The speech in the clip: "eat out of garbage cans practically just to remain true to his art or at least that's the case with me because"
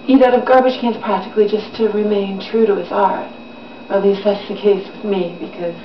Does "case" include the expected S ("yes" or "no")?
yes